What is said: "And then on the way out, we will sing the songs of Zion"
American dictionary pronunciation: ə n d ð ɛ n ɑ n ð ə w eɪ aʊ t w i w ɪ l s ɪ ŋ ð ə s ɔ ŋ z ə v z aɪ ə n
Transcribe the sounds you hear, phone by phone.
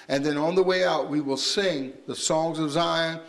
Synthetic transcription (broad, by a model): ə n ð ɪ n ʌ n ð ə w eɪ aʊ t w i w ɪ l s ɪ ŋ ð ə s ɔ ŋ z ə v z aɪ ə n